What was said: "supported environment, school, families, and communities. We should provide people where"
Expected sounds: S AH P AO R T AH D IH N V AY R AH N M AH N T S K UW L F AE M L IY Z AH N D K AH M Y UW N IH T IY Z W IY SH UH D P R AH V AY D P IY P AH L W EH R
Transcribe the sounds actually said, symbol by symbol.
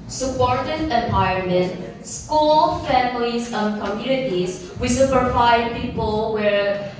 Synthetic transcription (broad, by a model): S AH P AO R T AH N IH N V AY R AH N M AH N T S K UW L F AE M L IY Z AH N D K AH M Y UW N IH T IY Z W IY S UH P AH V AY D P IY P AH L W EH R